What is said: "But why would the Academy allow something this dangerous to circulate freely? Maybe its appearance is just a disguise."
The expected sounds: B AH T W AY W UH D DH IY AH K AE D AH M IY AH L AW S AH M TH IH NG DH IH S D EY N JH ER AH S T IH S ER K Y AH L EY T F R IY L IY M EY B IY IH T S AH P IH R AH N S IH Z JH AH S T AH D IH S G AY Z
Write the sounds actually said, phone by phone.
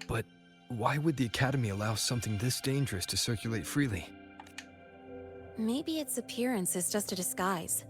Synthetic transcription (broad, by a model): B AH T W AY W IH D DH IY AH K AE D AH M IY AH L AW S AH M TH IH NG DH IH S D EY N JH ER AH S T IH S ER K Y AH L EY T F R IY L IY M EY B IY IH T S AH P IH R AH N S IH Z JH AH S T AH D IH S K AY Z